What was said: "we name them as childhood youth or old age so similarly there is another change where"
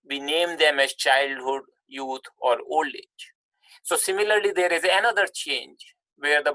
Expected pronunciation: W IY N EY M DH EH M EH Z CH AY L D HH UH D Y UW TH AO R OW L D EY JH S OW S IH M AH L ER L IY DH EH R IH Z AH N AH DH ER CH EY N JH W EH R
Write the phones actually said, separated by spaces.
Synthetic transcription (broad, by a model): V IY N EY M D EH M EH Z CH AY L D HH UH D Y UW T AO R OW L D EY JH S OW S IH M AH L ER L IY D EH R IH Z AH N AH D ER CH EY N JH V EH R